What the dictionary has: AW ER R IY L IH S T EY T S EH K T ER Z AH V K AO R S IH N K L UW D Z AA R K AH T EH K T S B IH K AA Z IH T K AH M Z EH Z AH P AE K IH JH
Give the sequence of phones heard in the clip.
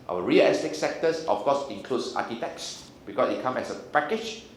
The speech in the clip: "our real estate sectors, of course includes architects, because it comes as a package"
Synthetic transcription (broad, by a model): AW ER R IY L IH S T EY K S EH K T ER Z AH F K AO S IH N K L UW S AA K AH T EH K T S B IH K AA S IH T K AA M EH S AH P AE K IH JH